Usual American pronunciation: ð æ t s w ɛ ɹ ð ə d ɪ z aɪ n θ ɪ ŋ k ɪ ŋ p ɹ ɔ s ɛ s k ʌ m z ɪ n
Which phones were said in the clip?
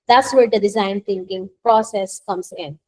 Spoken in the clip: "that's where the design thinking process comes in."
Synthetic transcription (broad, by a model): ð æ t s w ɛ ɹ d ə d ɪ z aɪ n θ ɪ ŋ k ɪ ŋ p ɹ ɔ s ɛ s k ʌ m s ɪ n